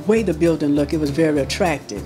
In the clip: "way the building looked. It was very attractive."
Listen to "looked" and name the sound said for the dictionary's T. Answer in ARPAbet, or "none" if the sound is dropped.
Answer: none